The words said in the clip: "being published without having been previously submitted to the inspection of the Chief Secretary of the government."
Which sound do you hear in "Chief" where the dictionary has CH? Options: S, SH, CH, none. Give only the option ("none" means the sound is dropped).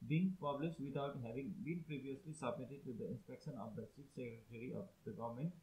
S